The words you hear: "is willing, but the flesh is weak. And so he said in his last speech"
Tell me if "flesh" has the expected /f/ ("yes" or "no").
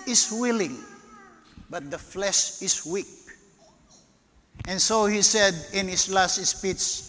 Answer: yes